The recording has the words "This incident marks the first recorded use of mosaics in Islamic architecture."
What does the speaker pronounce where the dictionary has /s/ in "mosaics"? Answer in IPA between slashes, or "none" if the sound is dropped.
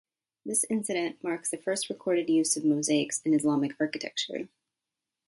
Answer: /s/